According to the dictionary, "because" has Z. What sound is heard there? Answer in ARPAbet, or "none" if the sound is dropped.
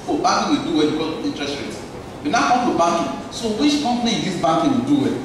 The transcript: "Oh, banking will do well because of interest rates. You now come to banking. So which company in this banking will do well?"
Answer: none